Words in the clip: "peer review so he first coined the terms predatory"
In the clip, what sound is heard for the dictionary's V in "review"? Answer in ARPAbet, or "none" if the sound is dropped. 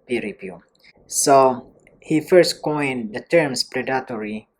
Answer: P